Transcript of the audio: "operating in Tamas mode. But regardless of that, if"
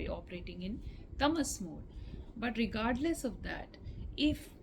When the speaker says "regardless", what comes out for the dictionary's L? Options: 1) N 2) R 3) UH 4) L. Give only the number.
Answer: 4